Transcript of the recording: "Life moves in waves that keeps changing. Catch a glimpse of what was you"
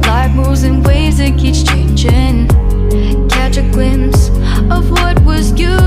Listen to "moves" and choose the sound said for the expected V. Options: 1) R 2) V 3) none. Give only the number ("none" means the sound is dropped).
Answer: 3